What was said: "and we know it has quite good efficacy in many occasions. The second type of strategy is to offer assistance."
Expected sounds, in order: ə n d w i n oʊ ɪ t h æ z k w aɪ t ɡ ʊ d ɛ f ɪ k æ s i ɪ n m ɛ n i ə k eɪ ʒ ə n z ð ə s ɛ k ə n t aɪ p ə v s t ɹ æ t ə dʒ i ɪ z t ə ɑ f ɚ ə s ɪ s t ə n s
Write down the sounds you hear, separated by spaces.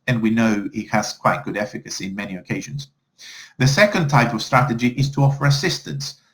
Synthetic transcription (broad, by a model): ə n w i n oʊ ɪ t h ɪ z k w aɪ t ɡ ʊ d ɛ f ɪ k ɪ s i ɪ n m ɛ n i ə k eɪ ʒ ə n z ð ə s ɛ k ə n t aɪ p ə v s t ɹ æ t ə dʒ i ɪ z t ə ɑ f ɚ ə s ɪ s t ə n s